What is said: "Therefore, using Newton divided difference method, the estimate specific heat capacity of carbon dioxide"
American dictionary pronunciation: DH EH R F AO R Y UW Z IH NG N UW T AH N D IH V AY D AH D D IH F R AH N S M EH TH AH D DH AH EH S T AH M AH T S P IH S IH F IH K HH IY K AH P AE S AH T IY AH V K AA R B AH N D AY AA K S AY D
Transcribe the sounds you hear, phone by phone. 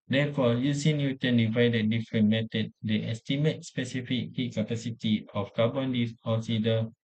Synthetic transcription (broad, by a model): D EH F AO Y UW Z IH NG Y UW T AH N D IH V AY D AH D D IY F R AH N M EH T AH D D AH EH S T AH M AH T S P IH S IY F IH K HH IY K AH P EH S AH T IY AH F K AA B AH N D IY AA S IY D